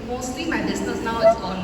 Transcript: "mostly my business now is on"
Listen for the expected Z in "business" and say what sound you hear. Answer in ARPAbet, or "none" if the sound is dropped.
S